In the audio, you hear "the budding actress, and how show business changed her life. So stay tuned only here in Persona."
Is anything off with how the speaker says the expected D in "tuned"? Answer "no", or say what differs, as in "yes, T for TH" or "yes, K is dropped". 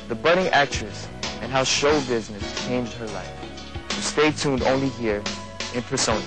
no